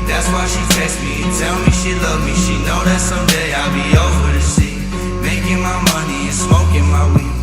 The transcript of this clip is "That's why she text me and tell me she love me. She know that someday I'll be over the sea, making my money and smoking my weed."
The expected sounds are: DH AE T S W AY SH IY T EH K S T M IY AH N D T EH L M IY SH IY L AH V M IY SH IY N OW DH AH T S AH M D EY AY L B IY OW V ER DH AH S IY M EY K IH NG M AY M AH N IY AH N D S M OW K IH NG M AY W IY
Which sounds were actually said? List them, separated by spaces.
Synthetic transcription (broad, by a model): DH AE T S W AY SH IY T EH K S M IY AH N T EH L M IY SH IY L AH V M IY SH IY N OW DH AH T S AH M D EY AY L B IY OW F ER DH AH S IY M EY K IH NG M AY M AH N IY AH N S M OW K IH NG M AY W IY